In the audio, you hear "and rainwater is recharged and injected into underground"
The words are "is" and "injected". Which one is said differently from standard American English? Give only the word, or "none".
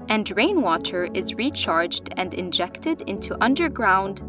none